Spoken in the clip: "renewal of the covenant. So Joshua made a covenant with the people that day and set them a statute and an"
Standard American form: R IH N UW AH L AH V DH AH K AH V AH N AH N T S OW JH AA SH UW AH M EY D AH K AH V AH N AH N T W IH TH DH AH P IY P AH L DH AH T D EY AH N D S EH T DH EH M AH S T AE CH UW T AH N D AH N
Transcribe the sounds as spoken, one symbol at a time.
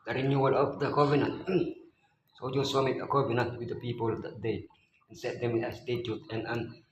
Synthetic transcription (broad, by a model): R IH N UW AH L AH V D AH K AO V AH N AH N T S OW JH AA S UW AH M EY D AH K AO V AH N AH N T W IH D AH P IY P AH L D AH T D EY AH N S EH T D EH M AH S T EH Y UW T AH N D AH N